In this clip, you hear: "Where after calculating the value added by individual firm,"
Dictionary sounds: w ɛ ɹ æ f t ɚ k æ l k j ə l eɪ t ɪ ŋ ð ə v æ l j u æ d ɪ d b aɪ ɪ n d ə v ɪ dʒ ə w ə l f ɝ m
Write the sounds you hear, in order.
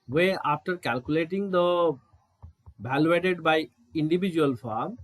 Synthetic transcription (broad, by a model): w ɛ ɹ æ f t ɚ k æ l k j ə l eɪ t ɪ ŋ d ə b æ l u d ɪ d b aɪ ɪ n d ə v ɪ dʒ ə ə l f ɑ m